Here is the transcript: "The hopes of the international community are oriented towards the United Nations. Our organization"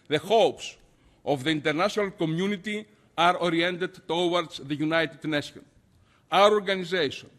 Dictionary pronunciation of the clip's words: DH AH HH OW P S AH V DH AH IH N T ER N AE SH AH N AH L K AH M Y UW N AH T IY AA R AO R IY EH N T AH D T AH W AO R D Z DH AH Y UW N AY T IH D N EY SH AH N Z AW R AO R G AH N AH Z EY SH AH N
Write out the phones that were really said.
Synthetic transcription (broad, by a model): DH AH HH OW P S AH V DH AH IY N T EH N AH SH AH N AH L K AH M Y UW N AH T IY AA R AO R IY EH N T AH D T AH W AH R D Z DH AH Y UW N AY T IH D N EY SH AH N AW R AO R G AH N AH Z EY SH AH N